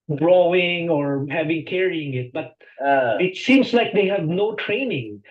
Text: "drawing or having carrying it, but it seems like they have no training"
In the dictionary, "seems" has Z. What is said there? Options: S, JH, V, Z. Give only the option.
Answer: S